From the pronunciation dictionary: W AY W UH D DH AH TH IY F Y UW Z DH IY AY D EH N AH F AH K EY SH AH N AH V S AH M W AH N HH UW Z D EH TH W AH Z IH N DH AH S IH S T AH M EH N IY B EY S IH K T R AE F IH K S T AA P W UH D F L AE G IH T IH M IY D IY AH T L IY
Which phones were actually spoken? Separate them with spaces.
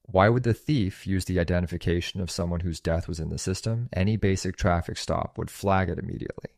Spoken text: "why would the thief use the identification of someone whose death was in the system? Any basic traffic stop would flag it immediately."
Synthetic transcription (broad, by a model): W AY W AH D DH AH TH IY F Y UW Z DH IY AY D EH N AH F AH K EY SH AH N AH V S AH M W AH N HH UW Z D EH TH W AH Z IH N DH AH S IH S T AH M EH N IY B EY S IH K T R AE F IH K S T AA P W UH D F L AE G IH T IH M IY D IY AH T L IY